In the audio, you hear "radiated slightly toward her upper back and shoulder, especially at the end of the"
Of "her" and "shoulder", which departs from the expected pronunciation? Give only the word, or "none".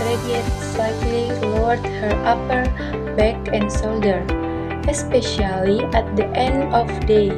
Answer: shoulder